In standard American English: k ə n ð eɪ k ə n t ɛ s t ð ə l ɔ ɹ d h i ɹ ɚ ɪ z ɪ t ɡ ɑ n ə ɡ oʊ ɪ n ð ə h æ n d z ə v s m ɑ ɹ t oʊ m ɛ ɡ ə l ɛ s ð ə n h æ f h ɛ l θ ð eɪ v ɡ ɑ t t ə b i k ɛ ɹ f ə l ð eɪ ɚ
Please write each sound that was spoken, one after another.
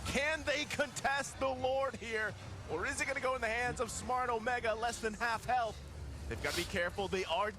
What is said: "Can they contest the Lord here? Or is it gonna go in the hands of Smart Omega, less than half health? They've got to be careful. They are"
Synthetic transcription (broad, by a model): k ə n ð eɪ k ə n t ɛ s t ð ə l ɔ ɹ d h i ɹ ɚ ɪ z ɪ t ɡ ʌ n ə ɡ oʊ ɪ n ð ə h æ n d z ə v s m ɑ ɹ t oʊ m ɛ ɡ ə l ɛ s ð ə n h æ f h ɛ l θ ð eɪ v ɡ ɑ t t ə b i k ɛ ɹ f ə l ð eɪ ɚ